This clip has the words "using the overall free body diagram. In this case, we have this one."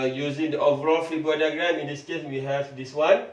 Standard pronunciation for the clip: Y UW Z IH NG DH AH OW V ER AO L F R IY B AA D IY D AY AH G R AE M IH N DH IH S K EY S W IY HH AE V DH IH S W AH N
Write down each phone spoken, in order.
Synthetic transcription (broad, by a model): Y UW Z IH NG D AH OW V ER AO L F IY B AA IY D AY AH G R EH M IH N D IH S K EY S W IY HH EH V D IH S W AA N